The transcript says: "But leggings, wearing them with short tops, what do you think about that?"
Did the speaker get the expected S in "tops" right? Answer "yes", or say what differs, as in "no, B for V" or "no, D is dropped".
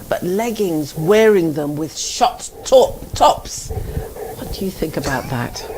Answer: yes